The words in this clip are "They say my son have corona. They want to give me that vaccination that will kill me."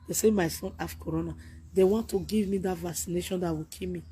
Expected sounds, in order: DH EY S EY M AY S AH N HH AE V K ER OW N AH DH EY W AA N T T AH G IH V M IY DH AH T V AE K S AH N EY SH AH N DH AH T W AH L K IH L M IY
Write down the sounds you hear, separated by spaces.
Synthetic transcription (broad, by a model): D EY S EY M AY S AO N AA F K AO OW N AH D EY W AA N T T AH G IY V M IY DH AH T V AE K S AH N EY SH AH N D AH T W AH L K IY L M IY